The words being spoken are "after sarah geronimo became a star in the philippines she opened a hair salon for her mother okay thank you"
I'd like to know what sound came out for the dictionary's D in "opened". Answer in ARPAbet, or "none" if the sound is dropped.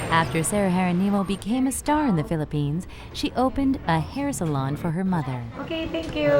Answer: D